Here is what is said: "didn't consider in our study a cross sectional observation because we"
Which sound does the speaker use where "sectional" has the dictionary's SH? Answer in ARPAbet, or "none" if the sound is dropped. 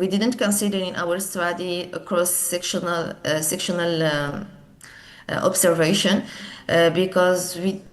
SH